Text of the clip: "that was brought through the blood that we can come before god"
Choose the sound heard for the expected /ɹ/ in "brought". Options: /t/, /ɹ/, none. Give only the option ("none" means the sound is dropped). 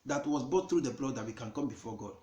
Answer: none